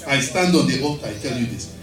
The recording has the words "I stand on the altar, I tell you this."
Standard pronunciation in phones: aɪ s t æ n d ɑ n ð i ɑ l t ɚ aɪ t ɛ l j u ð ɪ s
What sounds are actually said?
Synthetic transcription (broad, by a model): aɪ s t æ n d ɑ n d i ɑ t aɪ t ɛ l j u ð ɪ s